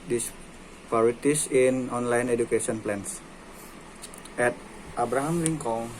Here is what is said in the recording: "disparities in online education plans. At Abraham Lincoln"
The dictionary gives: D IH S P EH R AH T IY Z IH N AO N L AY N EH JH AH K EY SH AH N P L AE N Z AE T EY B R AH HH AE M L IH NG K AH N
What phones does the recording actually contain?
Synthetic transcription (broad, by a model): D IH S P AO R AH T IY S IH N AO N L AY N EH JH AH K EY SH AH N P L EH N S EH T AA B R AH HH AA M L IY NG K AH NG